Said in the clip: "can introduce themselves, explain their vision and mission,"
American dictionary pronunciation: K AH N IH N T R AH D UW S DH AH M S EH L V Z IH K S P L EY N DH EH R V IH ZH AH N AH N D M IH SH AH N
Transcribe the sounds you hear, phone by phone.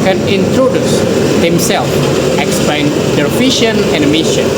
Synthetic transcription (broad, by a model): K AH N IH N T R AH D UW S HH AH M S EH L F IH K S P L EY N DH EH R F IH SH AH N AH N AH M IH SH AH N